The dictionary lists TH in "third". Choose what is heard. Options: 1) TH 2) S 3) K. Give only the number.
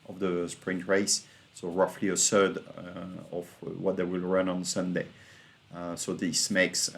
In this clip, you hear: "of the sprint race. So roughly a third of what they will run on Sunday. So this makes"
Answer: 2